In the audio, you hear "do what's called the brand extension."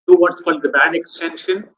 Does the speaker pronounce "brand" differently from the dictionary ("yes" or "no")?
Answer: yes